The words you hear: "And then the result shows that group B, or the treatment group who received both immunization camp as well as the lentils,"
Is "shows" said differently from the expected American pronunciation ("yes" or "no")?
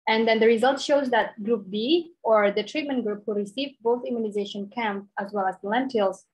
no